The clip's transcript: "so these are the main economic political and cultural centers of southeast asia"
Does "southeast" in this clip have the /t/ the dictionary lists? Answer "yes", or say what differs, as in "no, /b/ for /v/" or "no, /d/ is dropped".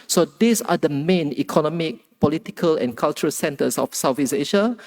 no, /t/ is dropped